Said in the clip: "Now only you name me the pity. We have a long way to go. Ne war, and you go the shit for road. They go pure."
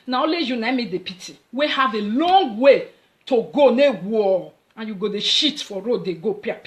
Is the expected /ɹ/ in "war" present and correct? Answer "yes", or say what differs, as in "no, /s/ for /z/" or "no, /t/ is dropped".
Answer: no, /l/ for /ɹ/